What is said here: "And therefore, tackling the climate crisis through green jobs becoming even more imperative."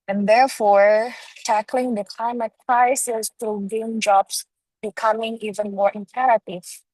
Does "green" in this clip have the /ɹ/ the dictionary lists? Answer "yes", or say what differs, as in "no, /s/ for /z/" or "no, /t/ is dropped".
no, /ɹ/ is dropped